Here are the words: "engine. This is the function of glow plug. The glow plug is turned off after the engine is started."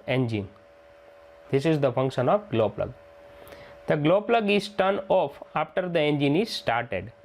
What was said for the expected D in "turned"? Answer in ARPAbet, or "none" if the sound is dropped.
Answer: none